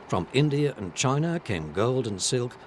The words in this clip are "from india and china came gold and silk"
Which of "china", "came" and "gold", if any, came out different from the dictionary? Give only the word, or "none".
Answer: none